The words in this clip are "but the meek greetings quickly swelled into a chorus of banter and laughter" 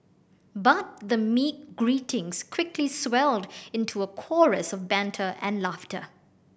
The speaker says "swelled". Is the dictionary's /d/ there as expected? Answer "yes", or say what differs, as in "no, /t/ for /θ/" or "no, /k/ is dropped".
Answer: yes